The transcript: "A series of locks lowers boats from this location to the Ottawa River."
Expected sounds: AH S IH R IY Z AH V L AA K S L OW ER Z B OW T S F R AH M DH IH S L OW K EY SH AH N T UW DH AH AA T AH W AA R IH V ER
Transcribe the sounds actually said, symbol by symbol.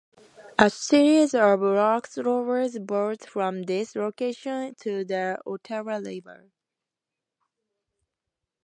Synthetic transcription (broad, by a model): AH S IH R IY Z AH V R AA K S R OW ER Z B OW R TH F R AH M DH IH S L OW K EY SH AH N T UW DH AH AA T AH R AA L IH B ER